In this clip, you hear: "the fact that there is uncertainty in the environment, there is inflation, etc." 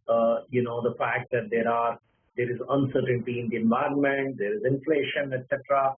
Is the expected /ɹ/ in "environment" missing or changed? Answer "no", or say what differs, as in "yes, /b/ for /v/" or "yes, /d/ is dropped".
no